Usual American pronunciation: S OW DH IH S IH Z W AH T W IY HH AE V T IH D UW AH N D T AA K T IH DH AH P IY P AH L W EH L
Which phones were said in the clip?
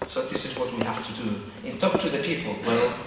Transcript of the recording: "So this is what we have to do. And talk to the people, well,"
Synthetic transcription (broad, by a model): S OW DH IH S IH Z W AH T W IY HH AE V T IH D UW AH N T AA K T IH DH AH P IY P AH L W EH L